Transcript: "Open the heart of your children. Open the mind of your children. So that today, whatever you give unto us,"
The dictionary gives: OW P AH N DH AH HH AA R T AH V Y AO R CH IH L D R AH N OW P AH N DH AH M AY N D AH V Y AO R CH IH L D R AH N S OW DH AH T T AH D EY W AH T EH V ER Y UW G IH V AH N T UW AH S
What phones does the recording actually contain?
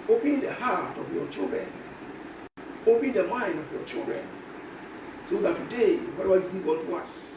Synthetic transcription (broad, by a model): OW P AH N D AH HH AA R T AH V Y AO CH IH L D R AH N OW P AH N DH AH M AY N D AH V Y AO CH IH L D R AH N S OW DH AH T T AH D EY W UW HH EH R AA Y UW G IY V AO T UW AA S